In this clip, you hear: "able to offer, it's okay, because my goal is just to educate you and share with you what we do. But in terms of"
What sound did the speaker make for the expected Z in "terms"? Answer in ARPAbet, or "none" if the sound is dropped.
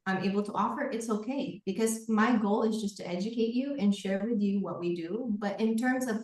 Z